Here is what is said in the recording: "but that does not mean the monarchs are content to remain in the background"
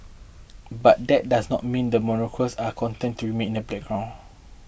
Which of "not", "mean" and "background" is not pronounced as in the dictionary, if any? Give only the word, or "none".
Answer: background